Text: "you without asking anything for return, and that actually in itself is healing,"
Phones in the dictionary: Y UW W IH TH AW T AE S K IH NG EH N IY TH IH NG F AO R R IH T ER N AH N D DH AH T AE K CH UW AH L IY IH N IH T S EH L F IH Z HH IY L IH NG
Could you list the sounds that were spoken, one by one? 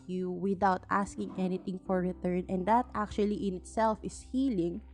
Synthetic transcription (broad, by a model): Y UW W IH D AW T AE S K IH NG EH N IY T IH NG F AO R R IH T ER N AH N D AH T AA K CH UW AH L IY IH N IH T S EH L F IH S HH IY L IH NG